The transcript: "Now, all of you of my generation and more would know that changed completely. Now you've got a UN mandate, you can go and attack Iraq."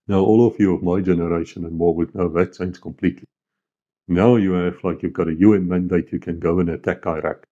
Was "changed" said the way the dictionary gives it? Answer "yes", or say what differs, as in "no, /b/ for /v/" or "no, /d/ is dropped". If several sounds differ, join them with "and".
no, /s/ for /tʃ/